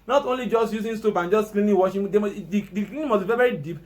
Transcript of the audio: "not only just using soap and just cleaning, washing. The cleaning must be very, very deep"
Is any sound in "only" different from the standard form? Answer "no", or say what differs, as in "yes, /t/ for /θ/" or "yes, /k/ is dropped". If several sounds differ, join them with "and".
no